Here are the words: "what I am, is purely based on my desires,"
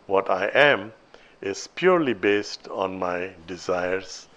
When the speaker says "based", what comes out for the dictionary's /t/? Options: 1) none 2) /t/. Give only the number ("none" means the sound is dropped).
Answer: 2